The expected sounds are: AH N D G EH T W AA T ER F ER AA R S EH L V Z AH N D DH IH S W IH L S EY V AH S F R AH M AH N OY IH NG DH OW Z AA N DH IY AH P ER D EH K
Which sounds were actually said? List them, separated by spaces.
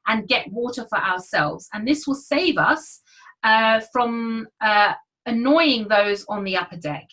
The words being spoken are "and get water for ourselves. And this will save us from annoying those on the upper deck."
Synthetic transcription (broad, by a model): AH N G EH T W AA T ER F ER AA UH S EH L V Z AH N DH IH S W IH L S EY V AH S F R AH M AH N OY IH NG DH OW Z N DH IY AH P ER D EH K